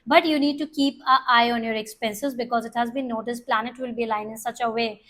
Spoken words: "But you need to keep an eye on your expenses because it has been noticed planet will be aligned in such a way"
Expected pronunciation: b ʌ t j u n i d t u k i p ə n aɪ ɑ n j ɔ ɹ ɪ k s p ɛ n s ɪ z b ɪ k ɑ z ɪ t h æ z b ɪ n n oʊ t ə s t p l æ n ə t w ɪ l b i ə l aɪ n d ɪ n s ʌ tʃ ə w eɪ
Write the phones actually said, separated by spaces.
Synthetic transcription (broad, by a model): b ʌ t j u n i d t u k i p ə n aɪ ɑ n j ɔ ɹ ɪ k s p ɛ n s ɪ z b ɪ k ɑ z ɪ t h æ z b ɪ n n oʊ t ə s p l æ n ə t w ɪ l b i l aɪ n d ɪ n s ʌ tʃ ə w eɪ